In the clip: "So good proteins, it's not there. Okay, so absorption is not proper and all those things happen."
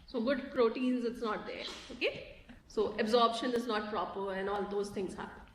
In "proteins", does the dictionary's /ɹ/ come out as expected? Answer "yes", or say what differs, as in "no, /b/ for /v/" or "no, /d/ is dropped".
yes